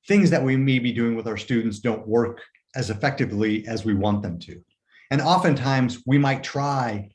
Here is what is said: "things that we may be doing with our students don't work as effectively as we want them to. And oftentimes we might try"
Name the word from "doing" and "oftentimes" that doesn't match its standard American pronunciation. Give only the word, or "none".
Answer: none